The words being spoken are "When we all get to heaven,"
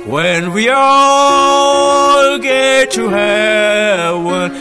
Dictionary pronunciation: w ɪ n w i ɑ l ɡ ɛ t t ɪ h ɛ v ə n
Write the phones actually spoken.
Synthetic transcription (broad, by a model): w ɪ n w i ɑ l ɡ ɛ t t ɪ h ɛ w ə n